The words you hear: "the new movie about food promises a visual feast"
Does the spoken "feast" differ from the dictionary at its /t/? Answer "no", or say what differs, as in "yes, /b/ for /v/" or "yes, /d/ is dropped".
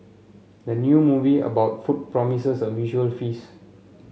yes, /t/ is dropped